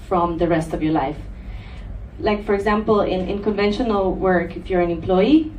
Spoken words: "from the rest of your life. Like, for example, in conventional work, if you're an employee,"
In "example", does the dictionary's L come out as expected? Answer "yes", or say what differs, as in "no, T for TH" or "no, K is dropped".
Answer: no, N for L